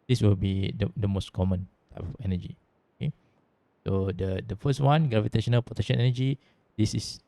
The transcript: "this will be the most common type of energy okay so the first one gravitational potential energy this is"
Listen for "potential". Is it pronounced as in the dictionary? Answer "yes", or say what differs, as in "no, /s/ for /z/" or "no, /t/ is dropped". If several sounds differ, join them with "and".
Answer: no, /n/ is dropped and /n/ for /l/